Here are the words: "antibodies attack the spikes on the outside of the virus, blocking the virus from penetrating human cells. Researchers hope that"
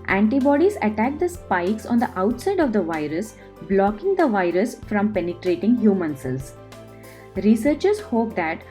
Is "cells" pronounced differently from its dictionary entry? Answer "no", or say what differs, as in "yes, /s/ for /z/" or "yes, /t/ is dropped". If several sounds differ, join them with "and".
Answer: yes, /l/ is dropped